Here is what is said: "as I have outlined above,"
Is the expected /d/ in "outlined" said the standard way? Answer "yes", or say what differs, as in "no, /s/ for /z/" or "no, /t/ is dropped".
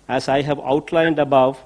yes